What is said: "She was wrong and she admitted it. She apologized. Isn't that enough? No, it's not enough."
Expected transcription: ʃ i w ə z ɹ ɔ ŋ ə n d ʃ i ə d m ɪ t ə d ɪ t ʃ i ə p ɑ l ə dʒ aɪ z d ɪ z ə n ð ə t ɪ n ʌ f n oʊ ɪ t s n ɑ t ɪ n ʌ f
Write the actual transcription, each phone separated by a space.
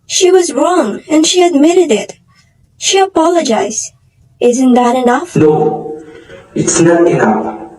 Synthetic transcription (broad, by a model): ʃ i w ə z ɹ ɔ ŋ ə n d ʃ i ə d m ɪ t ə d ɪ t ʃ i ə p ɑ l ə dʒ aɪ z d ɪ z ə n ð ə t ɪ n ʌ f n oʊ ɪ t s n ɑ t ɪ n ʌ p